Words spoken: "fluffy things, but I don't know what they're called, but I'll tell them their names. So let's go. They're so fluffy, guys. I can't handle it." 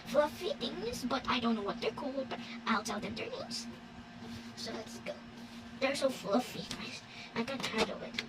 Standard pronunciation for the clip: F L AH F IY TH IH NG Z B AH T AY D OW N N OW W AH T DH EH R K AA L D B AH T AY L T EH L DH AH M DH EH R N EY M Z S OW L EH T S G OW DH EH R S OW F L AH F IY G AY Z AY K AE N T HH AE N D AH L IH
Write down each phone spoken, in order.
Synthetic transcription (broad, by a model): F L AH F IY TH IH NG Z B AH T AY D OW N N OW W AH T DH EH R K AA L D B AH T AY L T EH L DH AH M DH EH R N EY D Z S OW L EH T S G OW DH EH R S OW F L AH F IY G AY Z AY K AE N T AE D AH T